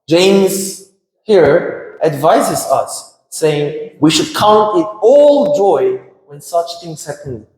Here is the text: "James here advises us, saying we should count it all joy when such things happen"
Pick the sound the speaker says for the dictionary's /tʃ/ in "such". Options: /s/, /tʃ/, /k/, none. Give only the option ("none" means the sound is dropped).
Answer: /tʃ/